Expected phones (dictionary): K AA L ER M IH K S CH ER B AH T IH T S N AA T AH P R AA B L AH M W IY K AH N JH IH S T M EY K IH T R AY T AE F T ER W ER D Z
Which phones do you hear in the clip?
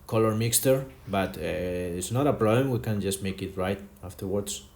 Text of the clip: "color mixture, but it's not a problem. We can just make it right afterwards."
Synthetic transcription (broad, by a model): K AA L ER M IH K S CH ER B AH T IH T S N AA T AH P R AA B L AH M W IY K AH N JH IH S T M EY K IH T R AY T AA F T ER W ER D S